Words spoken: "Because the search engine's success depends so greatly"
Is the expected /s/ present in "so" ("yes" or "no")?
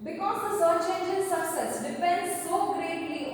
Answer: yes